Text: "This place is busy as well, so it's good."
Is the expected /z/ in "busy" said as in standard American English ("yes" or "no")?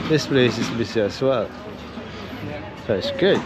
no